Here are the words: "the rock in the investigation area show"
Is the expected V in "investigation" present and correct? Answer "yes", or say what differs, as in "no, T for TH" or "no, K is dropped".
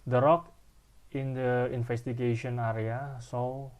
no, F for V